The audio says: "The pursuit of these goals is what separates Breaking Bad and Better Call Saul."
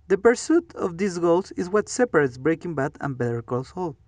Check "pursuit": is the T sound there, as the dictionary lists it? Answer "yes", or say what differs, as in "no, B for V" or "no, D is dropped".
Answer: yes